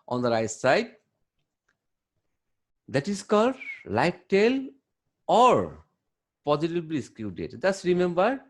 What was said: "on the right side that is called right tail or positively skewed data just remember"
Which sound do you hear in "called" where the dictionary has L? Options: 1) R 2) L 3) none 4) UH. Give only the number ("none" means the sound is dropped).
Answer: 3